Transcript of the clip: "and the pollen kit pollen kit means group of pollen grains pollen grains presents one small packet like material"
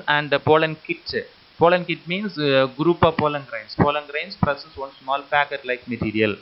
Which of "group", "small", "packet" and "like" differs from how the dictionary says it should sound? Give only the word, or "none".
none